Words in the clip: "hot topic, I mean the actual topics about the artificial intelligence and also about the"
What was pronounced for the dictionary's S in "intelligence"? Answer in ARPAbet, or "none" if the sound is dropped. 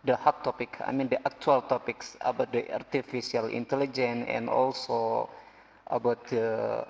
none